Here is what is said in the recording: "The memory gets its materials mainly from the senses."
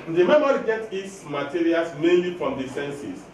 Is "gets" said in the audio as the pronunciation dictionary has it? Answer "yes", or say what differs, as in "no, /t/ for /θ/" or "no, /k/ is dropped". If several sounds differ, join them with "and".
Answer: no, /s/ is dropped